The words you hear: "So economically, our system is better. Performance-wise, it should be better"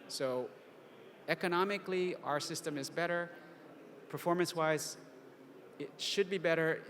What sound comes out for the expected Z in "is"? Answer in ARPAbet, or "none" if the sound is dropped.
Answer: Z